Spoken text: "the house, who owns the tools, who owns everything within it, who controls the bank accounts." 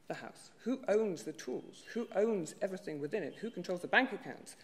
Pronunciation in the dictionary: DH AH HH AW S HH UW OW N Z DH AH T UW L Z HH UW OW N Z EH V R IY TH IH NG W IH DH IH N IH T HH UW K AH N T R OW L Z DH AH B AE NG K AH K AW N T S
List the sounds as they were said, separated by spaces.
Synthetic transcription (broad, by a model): DH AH HH AW S HH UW OW N Z DH AH T UW L Z HH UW OW N Z EH V R IY TH IH NG W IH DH IH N IH T HH UW K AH N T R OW L Z DH AH B AE NG K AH K AW N T S